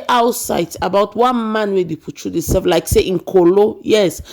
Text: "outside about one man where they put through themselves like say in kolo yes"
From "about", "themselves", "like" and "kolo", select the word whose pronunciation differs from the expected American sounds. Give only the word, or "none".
themselves